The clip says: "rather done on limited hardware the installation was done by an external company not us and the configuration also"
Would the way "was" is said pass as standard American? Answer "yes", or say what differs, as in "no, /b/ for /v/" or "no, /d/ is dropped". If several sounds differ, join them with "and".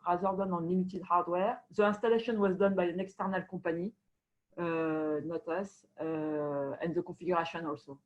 yes